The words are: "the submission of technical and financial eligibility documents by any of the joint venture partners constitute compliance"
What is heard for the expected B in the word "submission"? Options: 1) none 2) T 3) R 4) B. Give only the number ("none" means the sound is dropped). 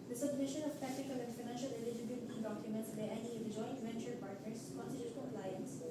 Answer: 4